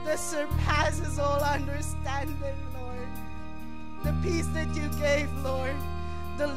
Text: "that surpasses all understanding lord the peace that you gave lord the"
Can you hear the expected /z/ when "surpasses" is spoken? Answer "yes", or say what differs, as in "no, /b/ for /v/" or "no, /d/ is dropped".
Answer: yes